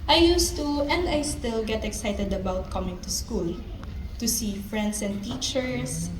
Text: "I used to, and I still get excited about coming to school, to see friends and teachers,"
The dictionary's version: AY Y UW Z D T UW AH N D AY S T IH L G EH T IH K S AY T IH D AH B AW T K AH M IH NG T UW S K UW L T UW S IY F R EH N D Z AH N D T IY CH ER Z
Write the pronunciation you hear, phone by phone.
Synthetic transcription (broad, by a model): AY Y UW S T UW AH N D AY S T IH L G EH T IH K S AY T IH D AH B AW T K AH M IH NG T UW S K UW L T UW S IY F R EH N D S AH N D T IY CH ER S